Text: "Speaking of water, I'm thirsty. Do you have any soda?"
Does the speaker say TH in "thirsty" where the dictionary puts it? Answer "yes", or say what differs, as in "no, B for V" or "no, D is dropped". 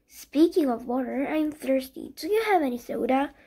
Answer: yes